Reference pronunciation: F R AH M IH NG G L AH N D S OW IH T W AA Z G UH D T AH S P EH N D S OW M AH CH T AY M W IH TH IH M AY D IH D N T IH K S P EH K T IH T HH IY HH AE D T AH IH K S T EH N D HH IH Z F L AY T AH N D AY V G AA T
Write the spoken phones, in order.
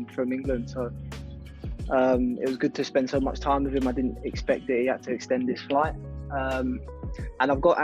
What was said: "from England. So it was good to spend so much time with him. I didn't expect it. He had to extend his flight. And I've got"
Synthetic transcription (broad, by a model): F R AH M IH NG G L AH N D S OW IH T W AA Z G UH D T AH S P EH N D S OW M AH CH T AY M W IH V IH M AY D IH D N T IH K S P EH K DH IH T HH IY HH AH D T AH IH K S T EH N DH IH S F L AY T AH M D AY V G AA T